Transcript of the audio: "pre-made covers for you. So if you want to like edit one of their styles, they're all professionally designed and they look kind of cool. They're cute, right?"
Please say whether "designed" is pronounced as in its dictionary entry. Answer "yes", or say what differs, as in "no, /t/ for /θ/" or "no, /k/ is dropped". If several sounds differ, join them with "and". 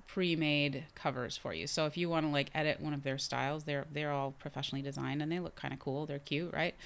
yes